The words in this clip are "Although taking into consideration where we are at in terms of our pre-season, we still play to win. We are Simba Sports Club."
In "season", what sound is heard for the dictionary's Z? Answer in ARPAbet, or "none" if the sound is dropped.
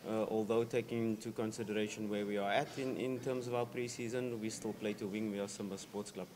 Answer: Z